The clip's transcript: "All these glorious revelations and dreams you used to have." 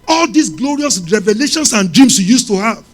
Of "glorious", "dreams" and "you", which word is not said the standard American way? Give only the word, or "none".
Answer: dreams